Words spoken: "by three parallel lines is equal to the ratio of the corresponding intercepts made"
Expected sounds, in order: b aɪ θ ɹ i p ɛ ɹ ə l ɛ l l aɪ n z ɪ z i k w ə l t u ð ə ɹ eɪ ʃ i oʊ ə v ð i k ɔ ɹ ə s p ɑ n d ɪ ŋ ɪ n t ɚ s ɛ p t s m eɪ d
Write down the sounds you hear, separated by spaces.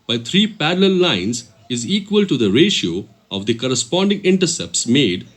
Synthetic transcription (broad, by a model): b aɪ t ɹ i p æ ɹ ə l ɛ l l aɪ n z ɪ z i k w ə l t u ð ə ɹ eɪ ʃ i oʊ ə v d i k ɔ ɹ ə s p ɑ n d ɪ ŋ ɪ n t ɚ s ɛ p t s m eɪ d